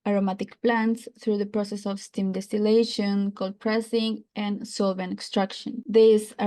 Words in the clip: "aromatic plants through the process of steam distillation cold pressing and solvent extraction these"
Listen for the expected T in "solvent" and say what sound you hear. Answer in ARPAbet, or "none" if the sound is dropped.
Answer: none